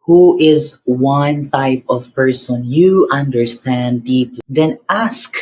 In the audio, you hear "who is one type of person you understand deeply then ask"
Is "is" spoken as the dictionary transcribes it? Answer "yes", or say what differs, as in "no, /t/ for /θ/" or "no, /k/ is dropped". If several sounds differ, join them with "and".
yes